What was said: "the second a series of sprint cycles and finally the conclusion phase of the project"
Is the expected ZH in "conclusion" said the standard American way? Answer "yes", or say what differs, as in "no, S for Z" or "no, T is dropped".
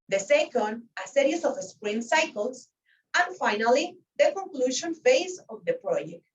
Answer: no, SH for ZH